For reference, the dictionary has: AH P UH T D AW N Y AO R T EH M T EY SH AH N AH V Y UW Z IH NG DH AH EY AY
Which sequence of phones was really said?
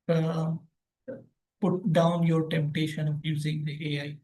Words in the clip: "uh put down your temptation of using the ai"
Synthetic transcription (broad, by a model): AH P UH T D AW N Y AO R T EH M T EY SH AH N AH P Y UW Z IH NG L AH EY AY